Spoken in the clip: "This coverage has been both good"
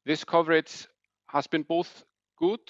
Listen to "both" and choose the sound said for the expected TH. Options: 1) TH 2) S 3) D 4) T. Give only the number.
1